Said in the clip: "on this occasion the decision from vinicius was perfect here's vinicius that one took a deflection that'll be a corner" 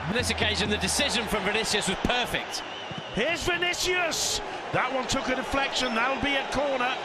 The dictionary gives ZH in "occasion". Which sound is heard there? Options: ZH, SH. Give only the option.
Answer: ZH